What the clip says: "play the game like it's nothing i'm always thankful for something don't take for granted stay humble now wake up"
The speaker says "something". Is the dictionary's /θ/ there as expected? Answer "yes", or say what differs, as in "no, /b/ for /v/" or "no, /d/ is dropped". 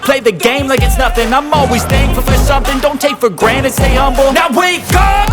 yes